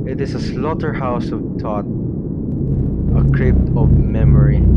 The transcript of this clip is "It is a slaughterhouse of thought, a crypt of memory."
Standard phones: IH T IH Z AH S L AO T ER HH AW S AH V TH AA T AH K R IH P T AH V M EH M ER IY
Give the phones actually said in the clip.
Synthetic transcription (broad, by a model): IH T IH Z AH S L AO T ER HH AW S AH V T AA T AH K R IH P T AH V M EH M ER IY